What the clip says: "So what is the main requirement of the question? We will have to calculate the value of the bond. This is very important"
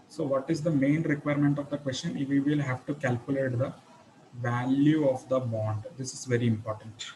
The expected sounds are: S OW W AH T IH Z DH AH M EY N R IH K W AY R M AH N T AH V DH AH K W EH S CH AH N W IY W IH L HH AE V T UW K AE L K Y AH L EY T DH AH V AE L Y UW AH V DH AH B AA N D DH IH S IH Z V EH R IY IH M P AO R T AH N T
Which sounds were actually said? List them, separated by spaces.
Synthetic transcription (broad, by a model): S OW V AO T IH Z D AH M EY N R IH K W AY R M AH N T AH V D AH K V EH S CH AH N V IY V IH L HH AE V T UW K AE L K Y AH L EY T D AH V AE L Y UW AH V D AH B AA N D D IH S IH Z V EH R IY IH M P AO R T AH N T